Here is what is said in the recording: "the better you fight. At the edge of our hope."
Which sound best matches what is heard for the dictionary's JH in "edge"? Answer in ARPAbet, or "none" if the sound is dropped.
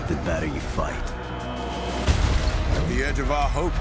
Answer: JH